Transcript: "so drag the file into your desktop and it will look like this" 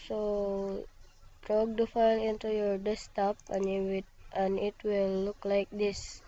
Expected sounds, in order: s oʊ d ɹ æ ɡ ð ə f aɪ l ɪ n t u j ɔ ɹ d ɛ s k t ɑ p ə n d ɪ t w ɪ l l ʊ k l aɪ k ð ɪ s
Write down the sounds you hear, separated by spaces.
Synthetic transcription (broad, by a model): s oʊ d ɹ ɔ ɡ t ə f aɪ l ɪ n t u j ɔ ɹ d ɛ s t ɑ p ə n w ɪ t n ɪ w l ʊ k l aɪ k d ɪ s